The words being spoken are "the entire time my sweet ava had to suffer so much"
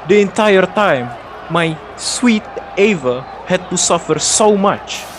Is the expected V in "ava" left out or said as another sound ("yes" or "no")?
no